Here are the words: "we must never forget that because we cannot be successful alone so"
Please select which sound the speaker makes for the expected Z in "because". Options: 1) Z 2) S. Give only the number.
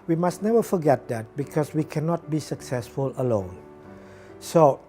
2